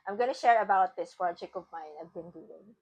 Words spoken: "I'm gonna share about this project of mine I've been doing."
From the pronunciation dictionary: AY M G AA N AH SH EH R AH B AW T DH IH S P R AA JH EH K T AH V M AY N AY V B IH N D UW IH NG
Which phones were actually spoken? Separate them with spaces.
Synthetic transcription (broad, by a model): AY M G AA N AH SH EH R AH B AW T DH IH S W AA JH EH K AH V M AY N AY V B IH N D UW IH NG